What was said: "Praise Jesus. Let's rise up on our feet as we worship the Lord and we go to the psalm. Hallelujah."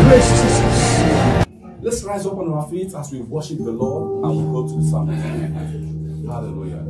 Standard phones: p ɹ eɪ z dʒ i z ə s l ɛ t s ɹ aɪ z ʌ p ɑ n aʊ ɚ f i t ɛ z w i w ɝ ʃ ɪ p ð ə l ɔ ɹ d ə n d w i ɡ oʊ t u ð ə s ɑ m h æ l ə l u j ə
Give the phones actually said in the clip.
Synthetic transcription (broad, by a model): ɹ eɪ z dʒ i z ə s l ɛ t s ɹ aɪ z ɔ p ɑ n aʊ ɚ f i t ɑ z w i w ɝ ʃ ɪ p ð ə l ɔ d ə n w i ɡ oʊ t u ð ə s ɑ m h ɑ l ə l u j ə